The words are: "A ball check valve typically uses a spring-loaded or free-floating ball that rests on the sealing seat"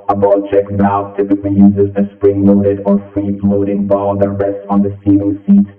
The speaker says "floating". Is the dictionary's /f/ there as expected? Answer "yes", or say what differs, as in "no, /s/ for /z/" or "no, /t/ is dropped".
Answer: no, /p/ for /f/